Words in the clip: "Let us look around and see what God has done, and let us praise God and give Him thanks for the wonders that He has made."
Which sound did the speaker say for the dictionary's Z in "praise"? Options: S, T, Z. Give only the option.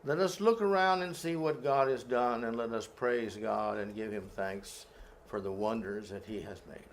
Z